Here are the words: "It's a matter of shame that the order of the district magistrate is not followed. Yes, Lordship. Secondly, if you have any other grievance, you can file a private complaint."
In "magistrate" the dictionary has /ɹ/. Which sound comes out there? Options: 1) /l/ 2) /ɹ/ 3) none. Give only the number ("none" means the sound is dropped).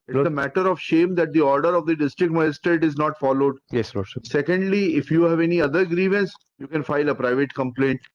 3